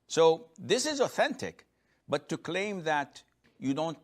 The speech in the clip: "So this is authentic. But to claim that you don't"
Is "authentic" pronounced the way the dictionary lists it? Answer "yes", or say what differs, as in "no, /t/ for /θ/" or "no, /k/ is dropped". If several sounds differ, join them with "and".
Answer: yes